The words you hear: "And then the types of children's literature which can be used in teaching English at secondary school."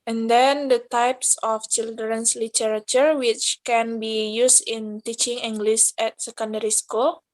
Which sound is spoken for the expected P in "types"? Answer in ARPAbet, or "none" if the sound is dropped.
P